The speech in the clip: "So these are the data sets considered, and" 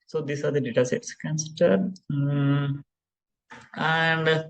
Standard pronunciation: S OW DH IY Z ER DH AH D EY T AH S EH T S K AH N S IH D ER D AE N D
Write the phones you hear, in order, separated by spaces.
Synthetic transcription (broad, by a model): S OW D IY S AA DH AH D EY T AH S EH T S K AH N S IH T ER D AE N D